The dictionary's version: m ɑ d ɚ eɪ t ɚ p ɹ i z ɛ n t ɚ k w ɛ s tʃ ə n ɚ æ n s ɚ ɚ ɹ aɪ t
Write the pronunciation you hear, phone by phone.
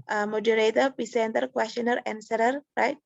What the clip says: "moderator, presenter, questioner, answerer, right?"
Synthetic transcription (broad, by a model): m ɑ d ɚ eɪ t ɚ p i s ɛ n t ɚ k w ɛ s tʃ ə n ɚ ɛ n s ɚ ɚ ɹ aɪ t